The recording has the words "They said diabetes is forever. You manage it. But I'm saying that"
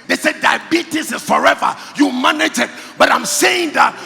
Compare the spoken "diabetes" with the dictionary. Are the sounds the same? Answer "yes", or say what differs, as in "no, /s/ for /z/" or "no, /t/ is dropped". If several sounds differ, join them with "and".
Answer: no, /s/ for /z/